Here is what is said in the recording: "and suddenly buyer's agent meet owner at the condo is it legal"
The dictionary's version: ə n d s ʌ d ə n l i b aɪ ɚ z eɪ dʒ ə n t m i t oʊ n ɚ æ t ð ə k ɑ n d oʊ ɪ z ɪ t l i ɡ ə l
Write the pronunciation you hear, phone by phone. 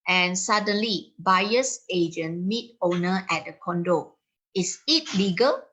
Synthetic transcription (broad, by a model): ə n s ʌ d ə n l i b aɪ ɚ s eɪ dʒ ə n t m i t oʊ n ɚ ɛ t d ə k ɑ n d oʊ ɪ s ɪ t l i ɡ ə l